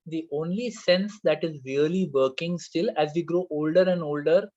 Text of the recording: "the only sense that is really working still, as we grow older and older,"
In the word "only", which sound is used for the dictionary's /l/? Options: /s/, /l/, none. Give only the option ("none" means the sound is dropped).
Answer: /l/